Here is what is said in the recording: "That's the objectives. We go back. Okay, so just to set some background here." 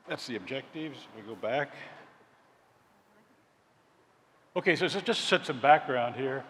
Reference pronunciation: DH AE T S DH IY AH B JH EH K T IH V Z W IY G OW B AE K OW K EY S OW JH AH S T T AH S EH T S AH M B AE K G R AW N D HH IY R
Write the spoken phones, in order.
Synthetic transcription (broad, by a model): DH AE T S DH IY AH B JH EH K T IH V Z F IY G OW B AE K OW K EY S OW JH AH S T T S EH T S AH M B AE K G R AW N D HH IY R